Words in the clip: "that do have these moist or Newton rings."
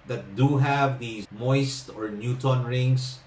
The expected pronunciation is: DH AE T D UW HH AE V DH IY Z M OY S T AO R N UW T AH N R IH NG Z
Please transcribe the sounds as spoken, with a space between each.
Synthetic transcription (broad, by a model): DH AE T D UW HH AE V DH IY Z M OY S T AO R N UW T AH N R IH NG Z